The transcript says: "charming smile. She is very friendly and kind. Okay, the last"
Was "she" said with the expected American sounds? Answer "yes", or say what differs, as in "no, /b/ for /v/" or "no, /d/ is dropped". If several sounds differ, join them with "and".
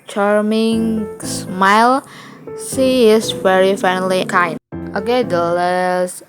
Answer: no, /s/ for /ʃ/